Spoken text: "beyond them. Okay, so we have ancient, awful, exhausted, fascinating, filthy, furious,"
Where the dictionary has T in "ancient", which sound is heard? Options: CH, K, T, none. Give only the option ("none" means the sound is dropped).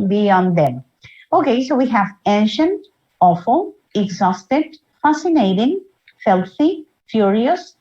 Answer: T